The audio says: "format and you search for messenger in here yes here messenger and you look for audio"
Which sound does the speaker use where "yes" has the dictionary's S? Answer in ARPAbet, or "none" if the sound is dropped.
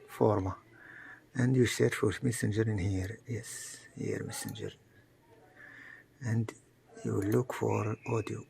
S